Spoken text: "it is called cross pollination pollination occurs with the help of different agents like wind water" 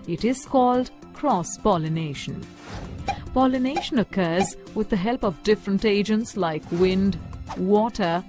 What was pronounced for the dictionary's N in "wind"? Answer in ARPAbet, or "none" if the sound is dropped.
N